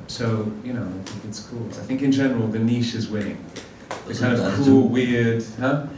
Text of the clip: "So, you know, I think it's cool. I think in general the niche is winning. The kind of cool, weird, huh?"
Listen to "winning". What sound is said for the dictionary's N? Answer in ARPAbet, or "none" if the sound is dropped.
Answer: none